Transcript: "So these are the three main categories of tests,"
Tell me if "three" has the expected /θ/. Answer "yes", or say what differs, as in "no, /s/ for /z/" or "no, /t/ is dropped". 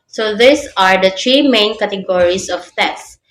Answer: no, /t/ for /θ/